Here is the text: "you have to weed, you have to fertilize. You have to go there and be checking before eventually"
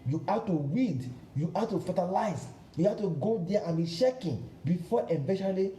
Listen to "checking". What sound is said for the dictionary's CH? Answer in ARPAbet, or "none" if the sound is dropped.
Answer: SH